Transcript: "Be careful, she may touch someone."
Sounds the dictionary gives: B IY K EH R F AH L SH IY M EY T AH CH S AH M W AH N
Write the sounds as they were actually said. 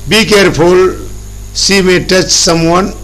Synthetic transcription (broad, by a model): B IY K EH R P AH L S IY M EY T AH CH S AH M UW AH N